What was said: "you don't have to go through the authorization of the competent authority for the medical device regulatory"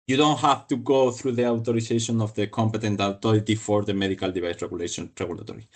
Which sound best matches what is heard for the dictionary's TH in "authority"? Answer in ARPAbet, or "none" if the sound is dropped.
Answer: T